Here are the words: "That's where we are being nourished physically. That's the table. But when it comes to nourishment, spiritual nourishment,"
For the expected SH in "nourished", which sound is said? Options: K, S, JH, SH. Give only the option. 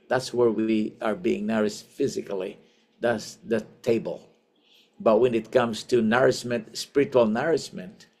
S